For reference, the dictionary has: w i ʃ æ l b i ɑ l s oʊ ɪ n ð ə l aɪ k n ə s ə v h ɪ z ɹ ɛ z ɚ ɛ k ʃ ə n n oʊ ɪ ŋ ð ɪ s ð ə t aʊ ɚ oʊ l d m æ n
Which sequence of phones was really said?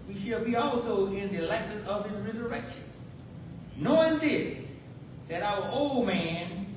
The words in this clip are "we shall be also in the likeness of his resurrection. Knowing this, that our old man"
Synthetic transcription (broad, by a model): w i ʃ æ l b i ɑ l s oʊ ɪ n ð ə l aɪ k ə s ə v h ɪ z ɹ ɛ z ɚ ɛ k ʃ ə n n oʊ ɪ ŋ ð ɪ s ð ə t aʊ ɚ oʊ l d m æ n